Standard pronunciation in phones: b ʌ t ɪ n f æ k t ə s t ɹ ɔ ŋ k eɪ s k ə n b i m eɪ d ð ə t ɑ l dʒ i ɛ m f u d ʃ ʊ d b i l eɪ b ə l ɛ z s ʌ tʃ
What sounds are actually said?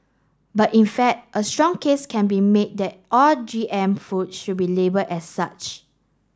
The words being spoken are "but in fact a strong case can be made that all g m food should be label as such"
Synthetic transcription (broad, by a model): b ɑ t ɪ n f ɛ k t ə s t ɹ ɔ ŋ k eɪ s k ə n b i m eɪ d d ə t ɑ l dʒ i ɛ m f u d ʃ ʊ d b i l eɪ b ə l ɛ s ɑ tʃ